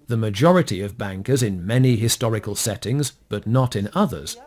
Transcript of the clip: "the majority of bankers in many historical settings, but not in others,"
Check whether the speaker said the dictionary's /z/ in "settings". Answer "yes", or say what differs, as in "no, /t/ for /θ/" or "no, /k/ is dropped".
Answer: yes